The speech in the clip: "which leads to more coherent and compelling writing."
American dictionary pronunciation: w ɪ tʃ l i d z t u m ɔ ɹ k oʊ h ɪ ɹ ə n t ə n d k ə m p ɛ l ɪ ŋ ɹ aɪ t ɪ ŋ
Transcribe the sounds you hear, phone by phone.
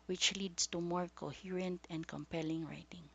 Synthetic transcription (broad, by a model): w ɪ tʃ l i d s t u m ɔ ɹ k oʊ h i ɹ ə n t ə n d k ə m p ɛ l ɪ ŋ ɹ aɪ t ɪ ŋ